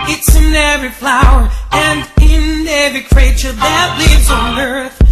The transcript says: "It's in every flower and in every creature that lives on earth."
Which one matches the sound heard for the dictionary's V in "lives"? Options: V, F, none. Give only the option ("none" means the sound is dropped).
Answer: V